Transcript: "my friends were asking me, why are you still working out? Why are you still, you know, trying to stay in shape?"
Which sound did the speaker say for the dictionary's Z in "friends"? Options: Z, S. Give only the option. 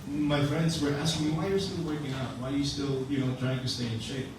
Z